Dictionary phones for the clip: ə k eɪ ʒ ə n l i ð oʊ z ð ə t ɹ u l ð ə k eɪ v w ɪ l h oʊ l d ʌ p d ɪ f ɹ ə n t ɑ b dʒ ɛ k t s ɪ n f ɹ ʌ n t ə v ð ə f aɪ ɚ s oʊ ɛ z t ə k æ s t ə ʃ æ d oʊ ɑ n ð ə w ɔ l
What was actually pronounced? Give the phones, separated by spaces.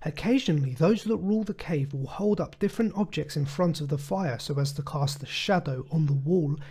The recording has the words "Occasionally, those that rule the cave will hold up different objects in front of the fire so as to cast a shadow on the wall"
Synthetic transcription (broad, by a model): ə k eɪ ʒ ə n l i ð oʊ z ð ə t ɹ u l ð ə k eɪ v w ɪ l h oʊ l d ʌ p d ɪ f ɹ ə n t ɑ b dʒ ɛ k t s ɪ n f ɹ ʌ n t ə v ð ə f aɪ ɚ s oʊ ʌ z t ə k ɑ s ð ə ʃ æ d oʊ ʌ n ð ə w ɔ l